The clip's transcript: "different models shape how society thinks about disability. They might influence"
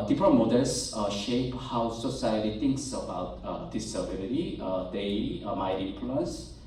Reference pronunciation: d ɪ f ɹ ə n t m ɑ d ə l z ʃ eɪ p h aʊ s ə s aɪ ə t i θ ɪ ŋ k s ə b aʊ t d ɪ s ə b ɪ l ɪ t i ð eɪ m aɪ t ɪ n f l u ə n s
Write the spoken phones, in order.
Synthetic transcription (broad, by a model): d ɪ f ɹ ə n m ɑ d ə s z ʃ eɪ p h aʊ s ə s aɪ ə t i t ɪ ŋ k s ə b aʊ t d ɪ s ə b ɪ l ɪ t i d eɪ m aɪ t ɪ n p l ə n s